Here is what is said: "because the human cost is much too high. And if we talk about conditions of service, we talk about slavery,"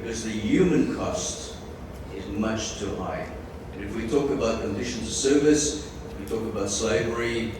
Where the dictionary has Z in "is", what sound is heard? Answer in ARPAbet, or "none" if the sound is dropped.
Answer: Z